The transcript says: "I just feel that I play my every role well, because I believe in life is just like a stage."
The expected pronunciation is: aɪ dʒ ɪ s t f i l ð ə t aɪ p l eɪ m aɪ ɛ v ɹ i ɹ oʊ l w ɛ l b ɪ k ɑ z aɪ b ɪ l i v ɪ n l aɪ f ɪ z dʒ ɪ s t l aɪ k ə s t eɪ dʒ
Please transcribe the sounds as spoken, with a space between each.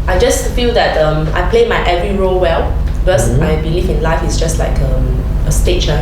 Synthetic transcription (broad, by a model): aɪ dʒ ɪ s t f i l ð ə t aɪ p l eɪ m aɪ ɛ v ɹ i ɹ oʊ l w ɛ l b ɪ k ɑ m aɪ b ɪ l i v ɪ n l aɪ f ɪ s dʒ ɪ s t l aɪ k ə s t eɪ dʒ